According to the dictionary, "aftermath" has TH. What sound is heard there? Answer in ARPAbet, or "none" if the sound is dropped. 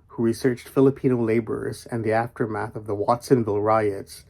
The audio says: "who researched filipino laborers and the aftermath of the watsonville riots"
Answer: TH